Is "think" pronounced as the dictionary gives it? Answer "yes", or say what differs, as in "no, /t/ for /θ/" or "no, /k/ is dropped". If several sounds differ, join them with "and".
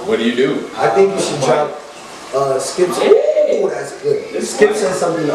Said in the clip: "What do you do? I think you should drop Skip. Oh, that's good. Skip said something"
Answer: yes